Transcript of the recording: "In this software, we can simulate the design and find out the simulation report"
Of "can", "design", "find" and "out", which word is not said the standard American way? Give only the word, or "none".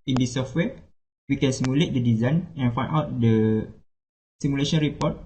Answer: find